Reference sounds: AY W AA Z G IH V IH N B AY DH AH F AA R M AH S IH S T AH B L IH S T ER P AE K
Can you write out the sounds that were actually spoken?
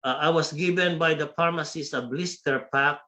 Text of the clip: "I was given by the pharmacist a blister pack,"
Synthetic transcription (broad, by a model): AY W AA S G IH V IH N B AY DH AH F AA R M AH S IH S AH B L IH S T ER P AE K